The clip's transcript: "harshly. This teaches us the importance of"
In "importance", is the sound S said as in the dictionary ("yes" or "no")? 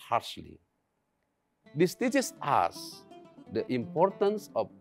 yes